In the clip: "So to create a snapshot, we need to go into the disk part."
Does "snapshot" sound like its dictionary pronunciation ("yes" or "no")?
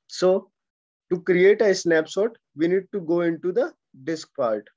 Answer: no